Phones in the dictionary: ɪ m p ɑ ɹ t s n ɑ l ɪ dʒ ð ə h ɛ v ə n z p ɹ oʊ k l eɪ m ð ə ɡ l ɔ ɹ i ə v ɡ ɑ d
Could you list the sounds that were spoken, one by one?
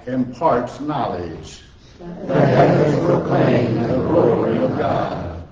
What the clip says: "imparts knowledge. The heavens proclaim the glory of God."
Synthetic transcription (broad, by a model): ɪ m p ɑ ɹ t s n ɑ l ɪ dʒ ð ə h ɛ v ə z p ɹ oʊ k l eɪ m ð ə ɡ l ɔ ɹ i ə v ɡ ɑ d